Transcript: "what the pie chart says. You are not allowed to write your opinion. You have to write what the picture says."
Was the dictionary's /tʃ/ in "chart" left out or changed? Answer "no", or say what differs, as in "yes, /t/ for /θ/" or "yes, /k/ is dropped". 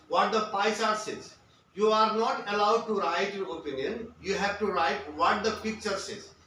yes, /s/ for /tʃ/